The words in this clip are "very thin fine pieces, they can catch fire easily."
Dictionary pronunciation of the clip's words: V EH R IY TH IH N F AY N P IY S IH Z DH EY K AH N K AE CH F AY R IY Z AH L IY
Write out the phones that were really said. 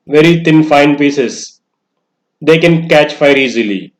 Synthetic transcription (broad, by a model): V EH R IY T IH N F AY N P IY S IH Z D EY K AH N K AE CH F AY R IY Z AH L IY